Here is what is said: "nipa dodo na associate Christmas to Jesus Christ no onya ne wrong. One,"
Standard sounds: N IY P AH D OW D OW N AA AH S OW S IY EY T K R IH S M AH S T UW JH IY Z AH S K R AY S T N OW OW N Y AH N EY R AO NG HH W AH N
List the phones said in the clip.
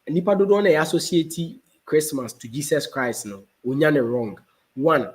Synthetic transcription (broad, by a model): N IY P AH D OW D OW N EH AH S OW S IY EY T K R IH S M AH S T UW JH IY S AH S K R AY S T N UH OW N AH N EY R AO NG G W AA N